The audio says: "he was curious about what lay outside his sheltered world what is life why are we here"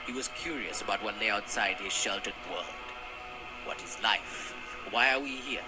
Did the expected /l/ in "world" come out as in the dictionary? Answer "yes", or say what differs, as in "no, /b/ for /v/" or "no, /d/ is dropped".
yes